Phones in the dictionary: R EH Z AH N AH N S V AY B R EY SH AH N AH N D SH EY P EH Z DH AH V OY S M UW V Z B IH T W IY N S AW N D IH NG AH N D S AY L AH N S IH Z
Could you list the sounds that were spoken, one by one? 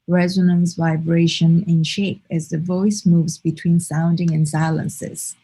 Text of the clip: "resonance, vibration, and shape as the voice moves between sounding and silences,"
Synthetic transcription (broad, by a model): R EH Z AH N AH N S V AY B R EY SH AH N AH N SH EY P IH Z DH AH V OY S M UW V Z B IH T W IY N S AW N D IH NG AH N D S AY L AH N S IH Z